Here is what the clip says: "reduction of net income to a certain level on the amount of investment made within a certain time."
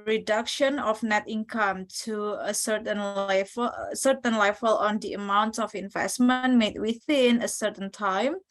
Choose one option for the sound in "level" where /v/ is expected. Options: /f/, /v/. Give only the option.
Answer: /f/